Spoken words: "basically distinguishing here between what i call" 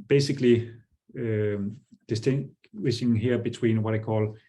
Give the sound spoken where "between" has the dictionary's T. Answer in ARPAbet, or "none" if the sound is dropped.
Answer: S